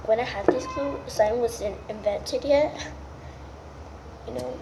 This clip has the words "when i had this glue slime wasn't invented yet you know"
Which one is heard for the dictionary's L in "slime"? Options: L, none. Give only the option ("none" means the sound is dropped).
none